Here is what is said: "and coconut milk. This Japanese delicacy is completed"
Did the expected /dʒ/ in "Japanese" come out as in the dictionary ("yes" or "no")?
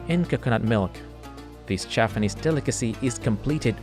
no